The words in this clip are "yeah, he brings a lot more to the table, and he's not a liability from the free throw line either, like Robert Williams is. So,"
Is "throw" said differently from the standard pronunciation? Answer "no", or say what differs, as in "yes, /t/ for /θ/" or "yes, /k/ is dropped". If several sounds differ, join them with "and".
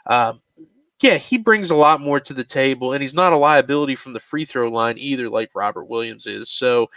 no